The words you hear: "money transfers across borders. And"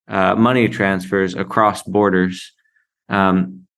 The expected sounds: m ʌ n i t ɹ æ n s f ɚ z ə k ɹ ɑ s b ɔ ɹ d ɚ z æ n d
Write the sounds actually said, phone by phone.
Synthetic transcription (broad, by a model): m ʌ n i t ɹ æ n s f ɚ z ə k ɹ ɑ s b ɔ ɹ d ɚ z